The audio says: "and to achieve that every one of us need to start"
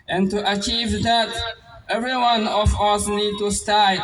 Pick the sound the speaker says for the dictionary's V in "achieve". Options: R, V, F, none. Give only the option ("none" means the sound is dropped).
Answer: V